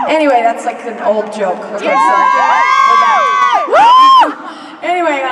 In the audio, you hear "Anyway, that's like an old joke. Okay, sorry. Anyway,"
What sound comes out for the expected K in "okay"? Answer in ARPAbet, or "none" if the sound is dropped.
none